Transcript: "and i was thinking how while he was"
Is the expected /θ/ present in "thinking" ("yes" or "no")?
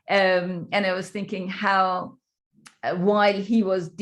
yes